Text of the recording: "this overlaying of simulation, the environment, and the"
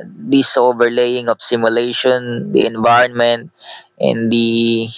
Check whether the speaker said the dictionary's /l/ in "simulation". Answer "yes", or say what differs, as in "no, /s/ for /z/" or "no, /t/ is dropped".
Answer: yes